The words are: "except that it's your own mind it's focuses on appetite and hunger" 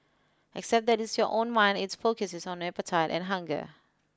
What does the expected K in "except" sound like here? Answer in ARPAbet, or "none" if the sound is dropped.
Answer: K